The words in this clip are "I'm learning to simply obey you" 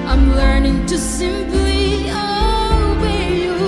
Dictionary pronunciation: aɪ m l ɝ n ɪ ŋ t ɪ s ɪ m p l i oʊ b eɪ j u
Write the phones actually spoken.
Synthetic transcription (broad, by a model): aɪ m l ɝ n ɪ ŋ t ɪ s ɪ m p l i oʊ eɪ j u